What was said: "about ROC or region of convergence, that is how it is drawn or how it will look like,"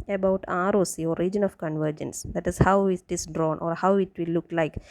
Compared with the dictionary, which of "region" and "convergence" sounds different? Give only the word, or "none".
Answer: none